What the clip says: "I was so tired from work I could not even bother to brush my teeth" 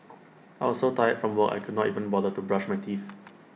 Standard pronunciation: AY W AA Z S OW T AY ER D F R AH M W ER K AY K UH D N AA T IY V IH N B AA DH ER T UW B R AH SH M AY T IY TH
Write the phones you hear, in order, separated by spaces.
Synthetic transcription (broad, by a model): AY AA S OW T AY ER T F R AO M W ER AY K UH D N AA T IY V IH N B AA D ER T UW B R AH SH M AY T IY TH